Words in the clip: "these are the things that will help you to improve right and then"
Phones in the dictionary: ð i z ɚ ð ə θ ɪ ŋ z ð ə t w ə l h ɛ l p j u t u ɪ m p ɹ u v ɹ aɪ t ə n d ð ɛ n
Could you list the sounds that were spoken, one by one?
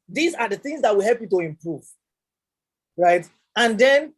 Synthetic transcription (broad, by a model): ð i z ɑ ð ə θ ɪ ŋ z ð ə t w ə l h ɛ l p j u t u ɪ m p ɹ u v ɹ aɪ t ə n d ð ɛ n